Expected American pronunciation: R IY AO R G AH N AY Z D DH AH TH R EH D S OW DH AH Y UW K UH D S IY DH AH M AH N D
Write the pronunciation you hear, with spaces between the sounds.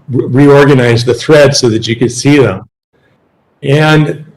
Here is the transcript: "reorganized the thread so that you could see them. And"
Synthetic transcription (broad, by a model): R IY AO R G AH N AY Z DH AH TH R EH D S OW DH AH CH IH K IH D S IY DH AH M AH N